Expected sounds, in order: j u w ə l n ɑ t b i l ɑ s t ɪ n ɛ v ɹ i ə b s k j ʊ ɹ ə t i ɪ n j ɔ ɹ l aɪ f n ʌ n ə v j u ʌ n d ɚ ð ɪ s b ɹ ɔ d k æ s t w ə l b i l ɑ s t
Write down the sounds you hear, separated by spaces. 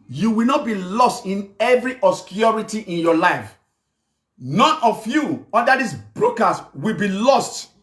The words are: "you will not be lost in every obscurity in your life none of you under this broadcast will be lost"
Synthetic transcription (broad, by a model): j u w ə l n ɑ t b i l ɑ s t ɪ n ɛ v ɹ i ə s k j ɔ ɹ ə t i ɪ n j ɔ l aɪ f n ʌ n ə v j u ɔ d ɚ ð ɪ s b ɹ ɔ k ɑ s w ə l b i l ɑ s t